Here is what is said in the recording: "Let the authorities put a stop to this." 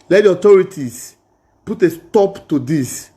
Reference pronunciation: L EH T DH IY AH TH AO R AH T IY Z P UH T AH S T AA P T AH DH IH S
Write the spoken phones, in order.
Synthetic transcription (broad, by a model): L EH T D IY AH T AO R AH T IY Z P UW T AH S T AA P T AH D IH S